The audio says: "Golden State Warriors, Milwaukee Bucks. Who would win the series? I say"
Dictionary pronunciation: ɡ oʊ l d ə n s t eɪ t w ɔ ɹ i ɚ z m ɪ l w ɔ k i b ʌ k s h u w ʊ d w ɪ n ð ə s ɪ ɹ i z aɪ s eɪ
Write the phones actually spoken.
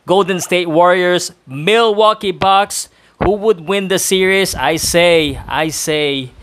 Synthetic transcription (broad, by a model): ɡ oʊ l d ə n s t eɪ t w ɔ ɹ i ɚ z m ɪ l w ɔ k i b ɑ k s h u w ʊ d w ɪ n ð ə s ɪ ɹ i s aɪ s eɪ